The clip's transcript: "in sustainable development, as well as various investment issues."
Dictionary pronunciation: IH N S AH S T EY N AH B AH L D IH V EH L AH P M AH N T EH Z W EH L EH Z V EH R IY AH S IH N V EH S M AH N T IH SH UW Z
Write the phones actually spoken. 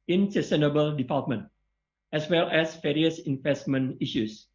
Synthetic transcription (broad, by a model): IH N S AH S T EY N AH B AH L D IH P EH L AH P M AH N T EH S W EH L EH S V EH R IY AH S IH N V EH S M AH N IH SH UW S